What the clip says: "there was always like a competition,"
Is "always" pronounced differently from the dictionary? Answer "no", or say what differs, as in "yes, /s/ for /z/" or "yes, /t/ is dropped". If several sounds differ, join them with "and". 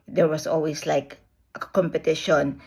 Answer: yes, /s/ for /z/